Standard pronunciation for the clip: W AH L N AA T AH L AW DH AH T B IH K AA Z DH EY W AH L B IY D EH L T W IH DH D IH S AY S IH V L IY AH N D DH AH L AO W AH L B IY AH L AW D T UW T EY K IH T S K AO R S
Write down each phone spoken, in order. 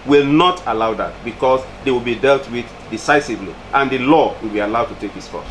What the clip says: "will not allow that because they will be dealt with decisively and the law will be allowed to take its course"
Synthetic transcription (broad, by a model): W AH L N AA T AH L AW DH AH T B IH K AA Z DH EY W AH L B IY D EH L T W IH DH D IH S AY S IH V L IY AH N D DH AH L AO W AH L B IY AH L AW D T UW T EY K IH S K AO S